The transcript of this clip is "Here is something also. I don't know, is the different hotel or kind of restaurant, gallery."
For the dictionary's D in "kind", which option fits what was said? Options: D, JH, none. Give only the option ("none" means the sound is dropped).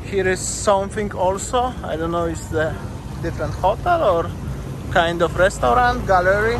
D